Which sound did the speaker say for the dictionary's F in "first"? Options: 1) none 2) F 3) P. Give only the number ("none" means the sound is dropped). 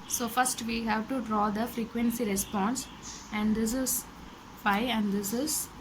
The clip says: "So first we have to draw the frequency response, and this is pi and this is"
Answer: 2